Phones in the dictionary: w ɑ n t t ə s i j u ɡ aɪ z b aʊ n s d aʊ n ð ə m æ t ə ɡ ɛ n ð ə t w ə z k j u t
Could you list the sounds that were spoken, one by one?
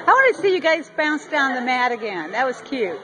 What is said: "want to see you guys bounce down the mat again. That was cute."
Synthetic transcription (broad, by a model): w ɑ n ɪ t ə s i j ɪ ɡ aɪ z b aʊ n s d aʊ n ð ə m æ t ə ɡ ɛ n ð ə t w ə z k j u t